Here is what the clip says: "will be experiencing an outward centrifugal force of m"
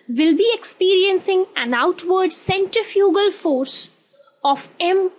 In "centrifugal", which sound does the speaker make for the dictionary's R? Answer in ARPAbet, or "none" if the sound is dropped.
none